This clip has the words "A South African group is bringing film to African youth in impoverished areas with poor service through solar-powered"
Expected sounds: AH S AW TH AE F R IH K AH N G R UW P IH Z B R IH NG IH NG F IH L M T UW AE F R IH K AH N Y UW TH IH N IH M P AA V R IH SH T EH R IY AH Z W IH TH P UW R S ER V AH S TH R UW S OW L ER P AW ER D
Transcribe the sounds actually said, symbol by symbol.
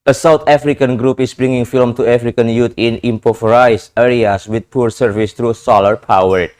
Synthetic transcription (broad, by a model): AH S AW T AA F R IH K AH N G R UW P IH S B R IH NG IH NG F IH L M T UW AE F R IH K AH N Y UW T IH N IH M P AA F R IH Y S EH R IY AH S W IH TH P UW R S ER V AH S T R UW S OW L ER P AW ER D